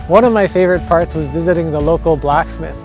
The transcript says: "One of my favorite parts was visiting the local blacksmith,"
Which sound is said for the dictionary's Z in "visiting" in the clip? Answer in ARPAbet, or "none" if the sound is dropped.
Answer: Z